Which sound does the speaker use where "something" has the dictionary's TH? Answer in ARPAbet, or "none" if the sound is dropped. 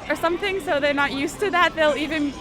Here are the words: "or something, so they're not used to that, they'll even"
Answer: TH